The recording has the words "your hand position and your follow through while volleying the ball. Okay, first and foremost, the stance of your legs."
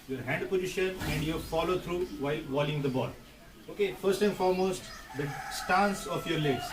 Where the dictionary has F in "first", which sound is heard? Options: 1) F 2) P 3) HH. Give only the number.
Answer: 1